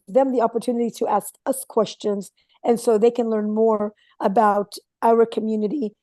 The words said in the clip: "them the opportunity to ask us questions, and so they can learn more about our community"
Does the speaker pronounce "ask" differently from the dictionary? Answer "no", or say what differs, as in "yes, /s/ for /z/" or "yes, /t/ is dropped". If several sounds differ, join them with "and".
no